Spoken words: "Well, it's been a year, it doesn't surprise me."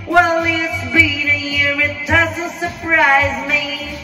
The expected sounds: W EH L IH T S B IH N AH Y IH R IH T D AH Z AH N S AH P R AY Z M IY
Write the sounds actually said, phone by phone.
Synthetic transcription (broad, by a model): W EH L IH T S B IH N AH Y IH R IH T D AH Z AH L S AH P R AY Z M IY